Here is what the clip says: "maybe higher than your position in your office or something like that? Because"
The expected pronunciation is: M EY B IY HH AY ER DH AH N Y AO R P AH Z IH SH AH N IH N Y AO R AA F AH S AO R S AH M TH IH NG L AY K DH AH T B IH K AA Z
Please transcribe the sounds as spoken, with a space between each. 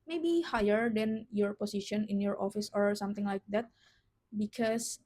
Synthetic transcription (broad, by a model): M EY B IY HH AY ER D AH N Y AO R P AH S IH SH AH N IH N Y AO R AA F AH S AO R S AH M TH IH NG L AY K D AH T B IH K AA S